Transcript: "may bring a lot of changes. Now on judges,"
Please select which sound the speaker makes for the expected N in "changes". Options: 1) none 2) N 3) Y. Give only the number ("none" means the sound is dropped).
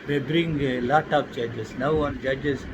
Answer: 1